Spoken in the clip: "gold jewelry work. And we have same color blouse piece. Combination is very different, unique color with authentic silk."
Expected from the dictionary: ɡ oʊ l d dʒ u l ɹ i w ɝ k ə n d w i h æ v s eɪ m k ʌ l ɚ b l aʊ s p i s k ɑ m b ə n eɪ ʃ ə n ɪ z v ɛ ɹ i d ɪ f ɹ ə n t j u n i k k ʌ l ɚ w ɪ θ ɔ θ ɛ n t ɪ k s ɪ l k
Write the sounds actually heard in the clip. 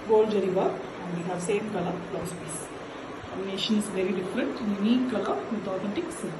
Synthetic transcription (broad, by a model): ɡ oʊ l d dʒ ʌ ɹ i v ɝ ə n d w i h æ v s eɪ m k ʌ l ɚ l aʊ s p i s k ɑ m ə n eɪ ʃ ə n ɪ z v ɛ ɹ i d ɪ f ɹ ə n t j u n i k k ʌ ɚ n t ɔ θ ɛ n t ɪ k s